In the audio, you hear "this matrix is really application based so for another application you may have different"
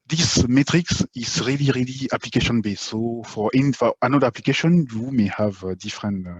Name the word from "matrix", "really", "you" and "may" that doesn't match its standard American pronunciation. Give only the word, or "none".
none